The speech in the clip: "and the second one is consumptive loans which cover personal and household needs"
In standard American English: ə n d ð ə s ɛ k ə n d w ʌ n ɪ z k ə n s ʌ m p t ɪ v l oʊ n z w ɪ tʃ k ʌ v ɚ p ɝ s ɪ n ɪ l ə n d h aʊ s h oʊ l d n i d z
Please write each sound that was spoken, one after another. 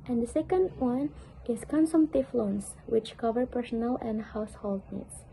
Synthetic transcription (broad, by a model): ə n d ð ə s ɛ k ə n d w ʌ n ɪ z k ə n s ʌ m t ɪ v l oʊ n s w ɪ tʃ k ʌ v ɚ p ɝ s ɪ n ɪ l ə n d h aʊ s h oʊ l d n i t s